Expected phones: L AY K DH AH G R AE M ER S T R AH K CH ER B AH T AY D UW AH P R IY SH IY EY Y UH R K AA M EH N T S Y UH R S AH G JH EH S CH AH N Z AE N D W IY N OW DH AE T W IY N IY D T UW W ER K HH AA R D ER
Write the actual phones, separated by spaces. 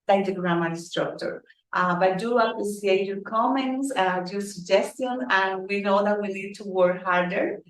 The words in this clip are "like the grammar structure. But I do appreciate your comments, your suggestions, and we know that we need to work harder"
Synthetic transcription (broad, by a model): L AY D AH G R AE M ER S T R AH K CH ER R T AY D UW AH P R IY S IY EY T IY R K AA M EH N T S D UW S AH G JH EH S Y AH N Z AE N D W IY N OW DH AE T W IY L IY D T UW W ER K HH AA R D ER